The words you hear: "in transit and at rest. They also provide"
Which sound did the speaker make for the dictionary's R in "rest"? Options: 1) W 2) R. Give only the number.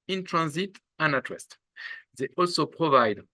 1